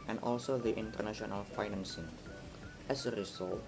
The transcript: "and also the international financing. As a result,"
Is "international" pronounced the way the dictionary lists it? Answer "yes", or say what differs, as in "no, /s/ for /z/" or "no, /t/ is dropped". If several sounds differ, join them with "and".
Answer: yes